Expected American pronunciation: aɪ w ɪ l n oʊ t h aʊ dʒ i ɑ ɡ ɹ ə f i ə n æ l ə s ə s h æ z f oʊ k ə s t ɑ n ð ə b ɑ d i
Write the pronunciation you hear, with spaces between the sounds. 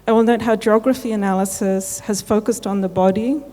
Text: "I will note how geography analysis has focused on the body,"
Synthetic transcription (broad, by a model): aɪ w ɪ l n oʊ t h aʊ dʒ i ɑ ɡ ɹ ə f i ə n æ l ə s ə s h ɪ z f oʊ k ə s t n ð ə b ɑ d i